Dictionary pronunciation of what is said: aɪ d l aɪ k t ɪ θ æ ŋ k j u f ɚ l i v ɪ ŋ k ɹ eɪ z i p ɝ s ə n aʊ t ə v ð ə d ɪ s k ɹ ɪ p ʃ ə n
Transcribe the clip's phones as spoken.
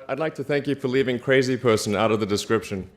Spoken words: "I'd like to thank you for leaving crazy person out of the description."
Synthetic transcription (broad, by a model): aɪ d l aɪ k t ɪ θ æ ŋ k j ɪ f ɚ l i v ɪ ŋ k ɹ eɪ z i p ɝ s ə n aʊ t ə v ð ə d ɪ s k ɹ ɪ p ʃ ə n